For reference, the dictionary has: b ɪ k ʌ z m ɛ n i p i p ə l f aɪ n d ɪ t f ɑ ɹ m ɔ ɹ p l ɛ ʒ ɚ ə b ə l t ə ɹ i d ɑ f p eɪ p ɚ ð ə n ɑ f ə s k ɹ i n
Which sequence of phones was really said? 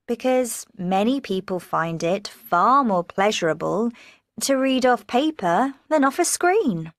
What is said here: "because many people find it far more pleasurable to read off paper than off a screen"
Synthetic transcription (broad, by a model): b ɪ k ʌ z m ɛ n i p i p ə l f aɪ n d ɪ t f ɑ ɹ m ɔ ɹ p l ɛ ʒ ɚ ə b ə l t ə ɹ i d ɑ f p eɪ p ɚ ð ə n ɑ f ə s k ɹ i n